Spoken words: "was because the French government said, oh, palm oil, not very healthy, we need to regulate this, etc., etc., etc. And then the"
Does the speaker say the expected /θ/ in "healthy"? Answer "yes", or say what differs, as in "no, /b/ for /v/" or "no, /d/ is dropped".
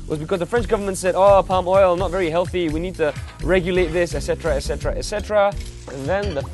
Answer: yes